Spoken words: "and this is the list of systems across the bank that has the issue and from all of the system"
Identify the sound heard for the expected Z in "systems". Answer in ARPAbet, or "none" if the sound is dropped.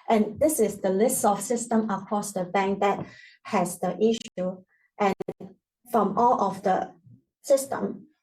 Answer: none